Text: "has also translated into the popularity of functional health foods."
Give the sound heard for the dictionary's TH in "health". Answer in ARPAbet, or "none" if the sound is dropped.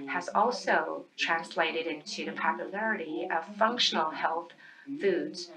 TH